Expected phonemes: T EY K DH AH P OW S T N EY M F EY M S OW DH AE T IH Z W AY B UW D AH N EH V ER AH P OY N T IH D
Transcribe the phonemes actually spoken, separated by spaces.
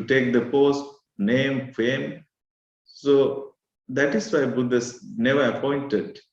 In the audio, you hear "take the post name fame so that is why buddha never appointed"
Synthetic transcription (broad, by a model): T EY K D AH P OW S T N EY M F EY M S OW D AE T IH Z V AY B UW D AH N EH V ER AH P OY N T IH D